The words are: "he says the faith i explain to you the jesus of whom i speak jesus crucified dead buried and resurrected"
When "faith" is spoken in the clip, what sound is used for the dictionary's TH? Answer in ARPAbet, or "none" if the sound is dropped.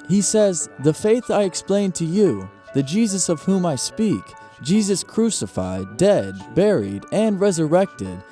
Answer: TH